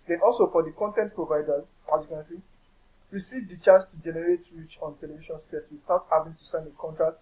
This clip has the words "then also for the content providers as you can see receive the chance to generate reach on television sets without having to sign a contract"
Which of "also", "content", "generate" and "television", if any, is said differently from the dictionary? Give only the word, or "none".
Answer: television